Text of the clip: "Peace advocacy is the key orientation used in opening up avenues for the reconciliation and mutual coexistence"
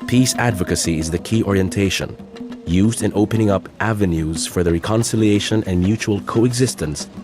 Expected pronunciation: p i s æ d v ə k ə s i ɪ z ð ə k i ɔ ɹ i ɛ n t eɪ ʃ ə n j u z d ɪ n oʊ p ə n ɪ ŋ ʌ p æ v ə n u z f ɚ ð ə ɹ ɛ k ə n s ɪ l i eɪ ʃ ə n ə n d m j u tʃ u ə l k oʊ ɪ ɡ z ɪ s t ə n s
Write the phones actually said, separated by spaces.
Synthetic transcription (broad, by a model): p i s æ d v ə k ə s i ɪ z ð ə k i ɔ ɹ i ɛ n t eɪ ʃ ə n j u z d ɪ n oʊ p ə n ɪ ŋ ʌ p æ v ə n u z f ɚ ð ə ɹ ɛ k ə n s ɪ l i eɪ ʃ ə n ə n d m j u tʃ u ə l k oʊ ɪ ɡ z ɪ s t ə n s